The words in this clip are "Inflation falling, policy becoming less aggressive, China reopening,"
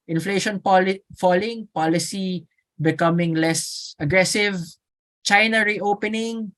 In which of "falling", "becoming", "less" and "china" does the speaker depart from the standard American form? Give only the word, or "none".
none